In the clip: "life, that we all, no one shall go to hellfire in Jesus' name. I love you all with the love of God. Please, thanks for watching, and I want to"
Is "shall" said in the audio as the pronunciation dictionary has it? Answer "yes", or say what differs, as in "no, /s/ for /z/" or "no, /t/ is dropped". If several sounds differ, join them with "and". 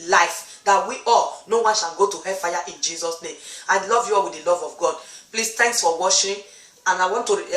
no, /n/ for /l/